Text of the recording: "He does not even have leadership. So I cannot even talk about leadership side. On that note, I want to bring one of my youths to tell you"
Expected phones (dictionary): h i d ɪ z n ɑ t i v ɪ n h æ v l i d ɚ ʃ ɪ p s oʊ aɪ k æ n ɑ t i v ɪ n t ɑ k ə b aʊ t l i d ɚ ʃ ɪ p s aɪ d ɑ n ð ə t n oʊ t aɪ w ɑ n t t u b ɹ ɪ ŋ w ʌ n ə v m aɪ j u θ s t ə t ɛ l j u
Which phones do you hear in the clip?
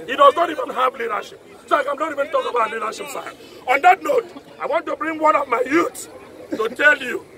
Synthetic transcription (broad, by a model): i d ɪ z n ɑ t i v ɪ n h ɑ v l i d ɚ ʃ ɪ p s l aɪ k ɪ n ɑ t i v ɪ n t ɑ k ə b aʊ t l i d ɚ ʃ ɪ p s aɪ ɑ n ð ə t n oʊ t aɪ w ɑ n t t u b ɹ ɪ ŋ w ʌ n ə v m aɪ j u t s t ə t ɛ l j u